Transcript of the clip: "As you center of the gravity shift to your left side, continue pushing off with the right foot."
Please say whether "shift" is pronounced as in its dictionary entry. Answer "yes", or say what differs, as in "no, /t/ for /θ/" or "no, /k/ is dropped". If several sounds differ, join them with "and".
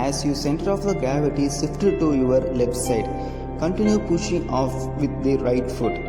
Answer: no, /s/ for /ʃ/